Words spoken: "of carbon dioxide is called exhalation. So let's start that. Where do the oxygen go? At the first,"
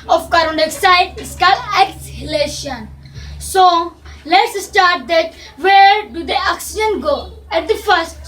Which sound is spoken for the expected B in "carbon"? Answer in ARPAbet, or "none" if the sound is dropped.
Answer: none